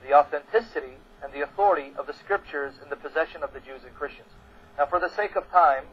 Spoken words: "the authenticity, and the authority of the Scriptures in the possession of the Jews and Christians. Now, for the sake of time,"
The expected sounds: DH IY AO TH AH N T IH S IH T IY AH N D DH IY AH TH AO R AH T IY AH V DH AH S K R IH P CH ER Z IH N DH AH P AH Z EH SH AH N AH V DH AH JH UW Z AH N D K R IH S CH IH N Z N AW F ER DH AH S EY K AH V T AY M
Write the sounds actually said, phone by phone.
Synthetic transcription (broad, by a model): DH IY AO TH AH N T IH S IH T IY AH N DH IY AH TH AO R AH T IY AH V DH AH S K R IH P CH ER Z IH N DH AH P AH Z EH SH AH N AH V DH AH JH UW Z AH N K R IH S CH IH N Z N AW F ER DH AH S EY K AH V T AY M